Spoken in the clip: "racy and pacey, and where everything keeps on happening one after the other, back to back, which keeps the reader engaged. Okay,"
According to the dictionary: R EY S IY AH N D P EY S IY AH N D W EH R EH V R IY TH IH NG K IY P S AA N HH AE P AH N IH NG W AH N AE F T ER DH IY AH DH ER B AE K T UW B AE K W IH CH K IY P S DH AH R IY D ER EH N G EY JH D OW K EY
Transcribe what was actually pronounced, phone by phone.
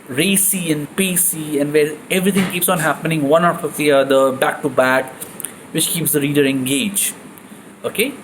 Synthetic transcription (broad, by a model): R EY S IY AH N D P EY S IY AH N D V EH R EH V R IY T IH NG K IY P S AA N HH AE P AH N IH NG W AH N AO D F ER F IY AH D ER B AE K T UW B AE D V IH CH K IY P S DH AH R IY D ER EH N G EY JH OW K EY